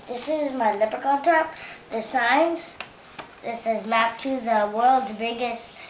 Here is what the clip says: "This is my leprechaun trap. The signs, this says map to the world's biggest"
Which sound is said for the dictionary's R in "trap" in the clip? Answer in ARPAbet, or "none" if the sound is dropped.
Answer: none